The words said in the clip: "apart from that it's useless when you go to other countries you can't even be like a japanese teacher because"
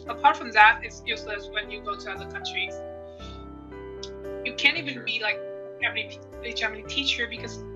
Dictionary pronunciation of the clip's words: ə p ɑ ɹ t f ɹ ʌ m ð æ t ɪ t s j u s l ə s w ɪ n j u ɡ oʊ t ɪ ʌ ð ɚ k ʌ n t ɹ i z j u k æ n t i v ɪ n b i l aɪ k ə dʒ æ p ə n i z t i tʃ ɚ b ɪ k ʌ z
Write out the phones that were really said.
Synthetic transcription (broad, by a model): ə p ɑ ɹ t f ɹ ʌ m ð æ t ɪ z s j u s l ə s w ɪ n j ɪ ɡ oʊ t ɪ ʌ ð ɚ k ʌ n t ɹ i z j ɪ k æ n t i v ɪ n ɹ i l aɪ k ə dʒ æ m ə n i t i tʃ ɚ b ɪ k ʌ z